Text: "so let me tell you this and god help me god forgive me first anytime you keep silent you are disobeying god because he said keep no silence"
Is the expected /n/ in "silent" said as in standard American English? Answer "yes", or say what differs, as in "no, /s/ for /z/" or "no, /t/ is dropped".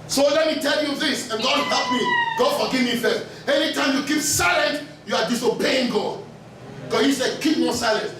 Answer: yes